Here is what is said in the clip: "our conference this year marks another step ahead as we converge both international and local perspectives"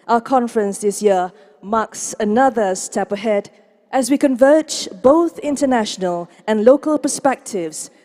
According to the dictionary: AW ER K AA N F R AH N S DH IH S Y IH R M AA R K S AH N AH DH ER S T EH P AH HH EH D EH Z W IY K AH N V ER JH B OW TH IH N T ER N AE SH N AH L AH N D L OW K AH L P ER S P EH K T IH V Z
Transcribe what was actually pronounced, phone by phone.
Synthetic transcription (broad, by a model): AW ER K AA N F R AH N S DH IH S Y IH R M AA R K S AH N AH DH ER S T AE P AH HH EH D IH Z W IY K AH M V ER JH B OW TH IH N T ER N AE SH N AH L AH N L OW K AH L P ER S P EH K T IH V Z